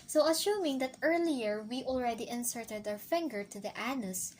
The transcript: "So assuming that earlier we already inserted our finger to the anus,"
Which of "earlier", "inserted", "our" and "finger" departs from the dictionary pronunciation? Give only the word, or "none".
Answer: our